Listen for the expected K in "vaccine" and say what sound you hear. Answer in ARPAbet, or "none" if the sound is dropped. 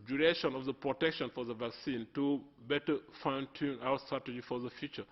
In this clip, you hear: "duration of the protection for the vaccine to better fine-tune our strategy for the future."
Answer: K